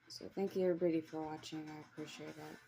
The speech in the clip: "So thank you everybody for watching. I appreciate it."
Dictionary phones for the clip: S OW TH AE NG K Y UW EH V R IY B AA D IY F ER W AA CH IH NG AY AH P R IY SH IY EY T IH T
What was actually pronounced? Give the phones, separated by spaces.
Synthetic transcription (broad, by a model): S OW TH AE NG K Y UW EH P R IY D IY F ER W AA CH IH NG AY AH P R IY SH IY EY T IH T